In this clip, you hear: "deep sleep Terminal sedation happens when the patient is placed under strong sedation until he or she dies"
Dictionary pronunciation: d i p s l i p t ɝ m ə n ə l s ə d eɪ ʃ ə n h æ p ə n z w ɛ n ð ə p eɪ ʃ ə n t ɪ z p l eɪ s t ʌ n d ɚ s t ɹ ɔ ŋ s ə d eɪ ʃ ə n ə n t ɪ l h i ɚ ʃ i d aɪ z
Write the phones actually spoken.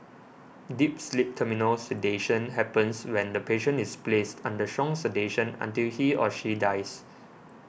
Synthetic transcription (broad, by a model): d i p s l i p t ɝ m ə n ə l s ə d eɪ ʃ ə n h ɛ p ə n s w ɛ n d ə p eɪ ʃ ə n ɪ s p l eɪ s t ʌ n d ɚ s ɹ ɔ ŋ s ə d eɪ ʃ ə n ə n t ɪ l h i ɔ ʃ i d aɪ s